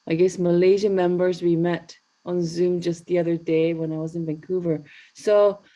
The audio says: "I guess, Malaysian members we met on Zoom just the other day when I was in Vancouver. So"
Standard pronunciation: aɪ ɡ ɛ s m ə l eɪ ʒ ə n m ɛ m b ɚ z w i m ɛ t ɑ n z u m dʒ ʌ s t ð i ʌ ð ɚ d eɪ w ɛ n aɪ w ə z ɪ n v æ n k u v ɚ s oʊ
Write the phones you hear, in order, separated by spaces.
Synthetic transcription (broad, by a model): aɪ ɡ ɛ s m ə l eɪ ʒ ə m ɛ m b ɚ z w i m ɛ t n z u m dʒ ʌ s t ð i ʌ ð ɚ d eɪ w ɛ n aɪ w ə z ɪ n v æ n k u v ɚ s oʊ